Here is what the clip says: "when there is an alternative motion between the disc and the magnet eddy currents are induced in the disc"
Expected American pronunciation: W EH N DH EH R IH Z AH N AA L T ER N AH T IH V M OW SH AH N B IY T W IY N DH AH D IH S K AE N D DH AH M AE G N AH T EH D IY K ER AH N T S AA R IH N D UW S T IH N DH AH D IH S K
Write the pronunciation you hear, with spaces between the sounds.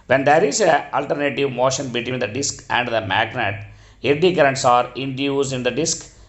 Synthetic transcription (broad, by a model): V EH N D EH R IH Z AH AA L T ER N AH T IH V M OW SH AH N B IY T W IY N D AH D IH S K AE N D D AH M AE G N AH T EH D IY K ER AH N T S AA R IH N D UW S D IH N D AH D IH S K